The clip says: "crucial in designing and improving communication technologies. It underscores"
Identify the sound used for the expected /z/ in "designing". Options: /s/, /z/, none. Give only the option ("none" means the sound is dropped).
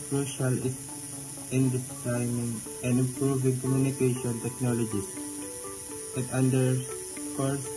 /s/